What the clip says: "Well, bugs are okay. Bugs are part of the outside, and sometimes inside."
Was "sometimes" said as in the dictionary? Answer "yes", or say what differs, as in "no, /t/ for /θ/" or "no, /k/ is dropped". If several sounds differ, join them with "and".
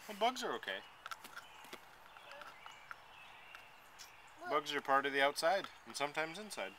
yes